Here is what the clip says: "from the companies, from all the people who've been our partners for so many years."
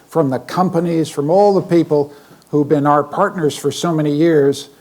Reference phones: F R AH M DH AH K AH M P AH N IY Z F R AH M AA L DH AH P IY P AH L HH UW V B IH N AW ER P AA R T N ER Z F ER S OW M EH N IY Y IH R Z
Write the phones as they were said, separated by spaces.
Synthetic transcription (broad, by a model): F R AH M DH AH K AH M P AH N IY Z F R AH M AA L DH AH P IY P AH L HH UW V B IH N AW ER P AA R T N ER Z F ER S OW M EH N IY Y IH R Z